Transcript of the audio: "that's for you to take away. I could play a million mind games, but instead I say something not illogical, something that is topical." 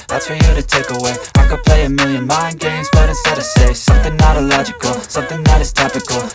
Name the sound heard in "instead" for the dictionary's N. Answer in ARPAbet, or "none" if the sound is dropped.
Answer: none